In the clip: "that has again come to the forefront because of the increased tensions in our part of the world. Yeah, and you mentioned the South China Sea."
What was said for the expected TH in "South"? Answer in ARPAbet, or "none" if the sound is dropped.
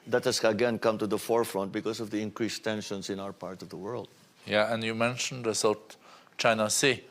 T